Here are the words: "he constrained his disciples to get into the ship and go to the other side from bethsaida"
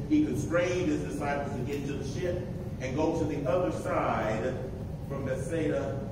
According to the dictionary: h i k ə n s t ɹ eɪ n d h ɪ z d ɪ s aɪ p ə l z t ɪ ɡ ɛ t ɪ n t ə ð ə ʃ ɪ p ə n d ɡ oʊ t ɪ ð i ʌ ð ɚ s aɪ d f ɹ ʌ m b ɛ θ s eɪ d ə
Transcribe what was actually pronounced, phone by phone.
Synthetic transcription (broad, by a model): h i k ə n s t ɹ eɪ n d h ɪ z d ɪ s aɪ p l z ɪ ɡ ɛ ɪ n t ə ð ə ʃ ɪ p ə n ɡ oʊ t ɪ ð i ʌ ð ɚ s aɪ d f ɹ ʌ m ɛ s eɪ d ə